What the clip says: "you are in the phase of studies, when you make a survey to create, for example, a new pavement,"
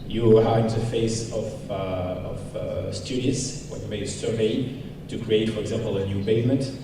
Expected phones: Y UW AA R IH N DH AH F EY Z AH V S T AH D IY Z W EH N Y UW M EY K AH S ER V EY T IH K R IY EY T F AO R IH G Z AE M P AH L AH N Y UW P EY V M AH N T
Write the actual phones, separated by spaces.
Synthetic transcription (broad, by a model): Y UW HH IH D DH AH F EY S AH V S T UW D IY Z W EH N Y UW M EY AH S ER V EY T IH K R IY EY T F AO R IH G Z AE M P AH L AH N Y UW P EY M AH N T